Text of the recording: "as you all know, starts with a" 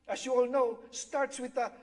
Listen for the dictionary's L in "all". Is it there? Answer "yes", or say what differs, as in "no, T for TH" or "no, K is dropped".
yes